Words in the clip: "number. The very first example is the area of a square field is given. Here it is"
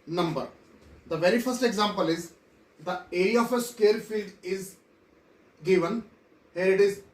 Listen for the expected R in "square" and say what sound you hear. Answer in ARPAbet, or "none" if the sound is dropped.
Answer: L